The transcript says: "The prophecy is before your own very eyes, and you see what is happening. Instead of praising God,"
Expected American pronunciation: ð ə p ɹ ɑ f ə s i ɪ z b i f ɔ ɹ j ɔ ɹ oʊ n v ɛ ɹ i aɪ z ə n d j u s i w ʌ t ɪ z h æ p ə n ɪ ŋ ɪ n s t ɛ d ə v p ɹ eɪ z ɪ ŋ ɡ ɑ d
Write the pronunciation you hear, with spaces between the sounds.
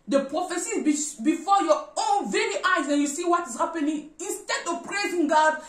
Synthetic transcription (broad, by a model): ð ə p ɹ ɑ f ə s i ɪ b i f ɔ j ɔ oʊ n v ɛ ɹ i aɪ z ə n j u s i w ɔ t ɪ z h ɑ p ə n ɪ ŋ ɪ n s t ɛ d ə v p ɹ eɪ z ɪ ŋ ɡ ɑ d